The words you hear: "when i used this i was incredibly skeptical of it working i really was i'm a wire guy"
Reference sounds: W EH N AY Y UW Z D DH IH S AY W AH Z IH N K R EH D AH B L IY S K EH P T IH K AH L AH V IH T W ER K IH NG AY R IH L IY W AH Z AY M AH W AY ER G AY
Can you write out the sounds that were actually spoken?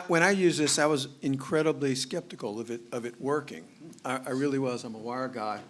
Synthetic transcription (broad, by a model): W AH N AY Y UW Z DH IH S AY W AH Z IH N K R EH D AH B L IY S K EH P T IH K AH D AH V IH T W ER K IH NG AY R IH L IY W AH Z AY M AH W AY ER G AY